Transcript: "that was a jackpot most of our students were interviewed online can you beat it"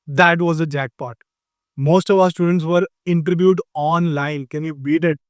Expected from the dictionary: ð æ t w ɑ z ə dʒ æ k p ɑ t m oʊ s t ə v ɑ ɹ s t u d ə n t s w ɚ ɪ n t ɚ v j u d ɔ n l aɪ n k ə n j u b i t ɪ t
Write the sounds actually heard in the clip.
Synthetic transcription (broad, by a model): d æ t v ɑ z ə dʒ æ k p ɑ t m oʊ s t ə v ɑ ɹ s t u d ə n t s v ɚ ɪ n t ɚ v j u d ɔ n l aɪ n k ə n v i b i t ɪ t